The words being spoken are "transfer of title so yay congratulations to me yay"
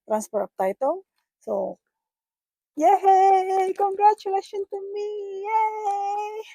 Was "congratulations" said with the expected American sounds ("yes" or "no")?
no